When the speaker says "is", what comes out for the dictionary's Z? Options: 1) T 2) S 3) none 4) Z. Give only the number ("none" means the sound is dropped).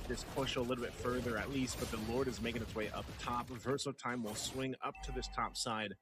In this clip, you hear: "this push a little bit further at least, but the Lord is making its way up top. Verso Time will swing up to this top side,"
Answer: 4